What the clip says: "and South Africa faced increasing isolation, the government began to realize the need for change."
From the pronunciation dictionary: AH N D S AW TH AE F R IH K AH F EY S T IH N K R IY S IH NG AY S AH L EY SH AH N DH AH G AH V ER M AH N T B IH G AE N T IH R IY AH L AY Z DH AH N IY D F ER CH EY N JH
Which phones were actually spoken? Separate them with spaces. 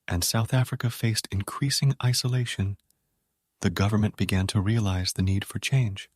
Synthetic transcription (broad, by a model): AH N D S AW TH AE F R IH K AH F EY S T IH N K R IY S IH NG AY S AH L EY SH AH N DH AH G AH V ER M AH N B IH G AE N T IH R IY AH L AY Z DH AH N IY D F ER CH EY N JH